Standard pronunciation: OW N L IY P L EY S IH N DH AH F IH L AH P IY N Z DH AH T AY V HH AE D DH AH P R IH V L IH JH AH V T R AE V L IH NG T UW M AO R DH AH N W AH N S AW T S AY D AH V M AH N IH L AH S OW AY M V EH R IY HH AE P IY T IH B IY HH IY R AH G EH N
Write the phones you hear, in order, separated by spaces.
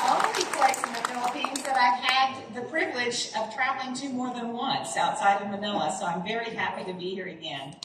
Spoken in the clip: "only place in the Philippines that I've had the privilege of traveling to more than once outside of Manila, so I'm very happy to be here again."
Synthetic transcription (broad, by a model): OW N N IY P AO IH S IH N DH AH F IH L AH P IY N Z DH AH T AY V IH D DH AH P R IH V L IH JH AH V T R AE V L IH NG T UW M AO R DH AH N W AH N S AW T S AY D AH V M AH N IH L AH S OW AY M V EH R IY HH AE P IY T IH B IY HH IY R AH G EH N